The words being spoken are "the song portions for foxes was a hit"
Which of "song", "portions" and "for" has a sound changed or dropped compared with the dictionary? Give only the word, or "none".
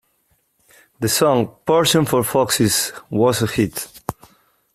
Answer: portions